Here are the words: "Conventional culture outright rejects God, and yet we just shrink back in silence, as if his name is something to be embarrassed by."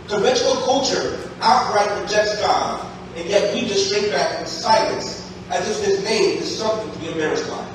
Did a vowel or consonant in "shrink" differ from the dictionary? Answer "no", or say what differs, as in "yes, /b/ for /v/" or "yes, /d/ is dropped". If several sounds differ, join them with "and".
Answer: yes, /ŋ/ is dropped